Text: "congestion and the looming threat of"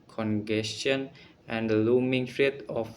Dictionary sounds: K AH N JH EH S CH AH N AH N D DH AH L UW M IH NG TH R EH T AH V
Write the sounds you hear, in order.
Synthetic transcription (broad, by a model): K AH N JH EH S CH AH N AH N D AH L UW M IH NG F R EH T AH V